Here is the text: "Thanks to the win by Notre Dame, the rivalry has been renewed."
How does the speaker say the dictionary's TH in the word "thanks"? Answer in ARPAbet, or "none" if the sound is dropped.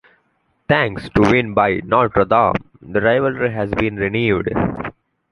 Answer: T